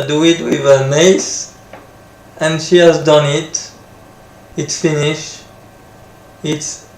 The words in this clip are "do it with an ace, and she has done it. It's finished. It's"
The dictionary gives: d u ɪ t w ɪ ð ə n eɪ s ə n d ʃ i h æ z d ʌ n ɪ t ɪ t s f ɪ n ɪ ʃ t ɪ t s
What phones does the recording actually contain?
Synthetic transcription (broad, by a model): d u ɪ t w ɪ ð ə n eɪ s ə n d ʃ i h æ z d ʌ n ɪ t ɪ t s f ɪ n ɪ ʃ ɪ t s